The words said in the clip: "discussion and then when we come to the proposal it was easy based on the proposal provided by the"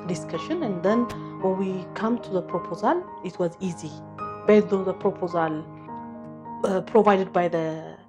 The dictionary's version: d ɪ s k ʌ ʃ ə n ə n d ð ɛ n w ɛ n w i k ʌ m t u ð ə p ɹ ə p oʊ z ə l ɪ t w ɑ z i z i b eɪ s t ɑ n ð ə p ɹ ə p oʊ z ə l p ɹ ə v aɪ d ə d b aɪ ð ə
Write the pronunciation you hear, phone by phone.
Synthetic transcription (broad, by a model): d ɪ s k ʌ ʃ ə n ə n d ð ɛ n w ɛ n w i k ʌ m t u ð ə p ɹ ə p oʊ z ə l ɪ t w ɑ z i z i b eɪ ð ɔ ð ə p ɹ ə p oʊ z ə l p ɹ ə v aɪ d ə d b aɪ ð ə